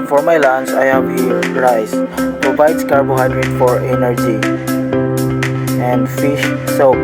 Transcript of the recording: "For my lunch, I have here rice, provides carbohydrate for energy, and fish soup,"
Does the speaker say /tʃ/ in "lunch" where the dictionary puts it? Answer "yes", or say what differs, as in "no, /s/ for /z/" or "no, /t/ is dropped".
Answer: no, /s/ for /tʃ/